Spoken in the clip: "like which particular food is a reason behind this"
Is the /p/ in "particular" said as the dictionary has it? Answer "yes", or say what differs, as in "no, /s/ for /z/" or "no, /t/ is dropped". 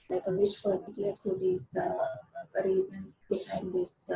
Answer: no, /f/ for /p/